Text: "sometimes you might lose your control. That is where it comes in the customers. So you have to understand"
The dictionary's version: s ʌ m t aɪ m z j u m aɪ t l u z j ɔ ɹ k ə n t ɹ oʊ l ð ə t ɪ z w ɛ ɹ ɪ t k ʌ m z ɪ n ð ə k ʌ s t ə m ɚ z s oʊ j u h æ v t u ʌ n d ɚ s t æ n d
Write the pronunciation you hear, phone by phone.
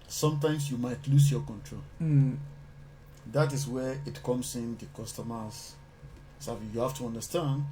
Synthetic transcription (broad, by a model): s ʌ m t aɪ m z j u m aɪ t l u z j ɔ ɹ k ə n t ɹ oʊ l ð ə t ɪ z w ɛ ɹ ɪ t k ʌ m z ɪ n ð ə k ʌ s t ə m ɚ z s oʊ j u h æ f t u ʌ n d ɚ s t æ n d